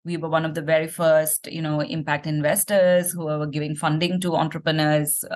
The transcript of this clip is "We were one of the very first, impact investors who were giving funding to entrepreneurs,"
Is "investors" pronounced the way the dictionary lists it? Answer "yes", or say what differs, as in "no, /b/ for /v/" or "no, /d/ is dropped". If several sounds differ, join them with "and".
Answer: yes